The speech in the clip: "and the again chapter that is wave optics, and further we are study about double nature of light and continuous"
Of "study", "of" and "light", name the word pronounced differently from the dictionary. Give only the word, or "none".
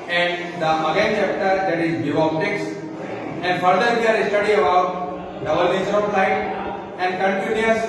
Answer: of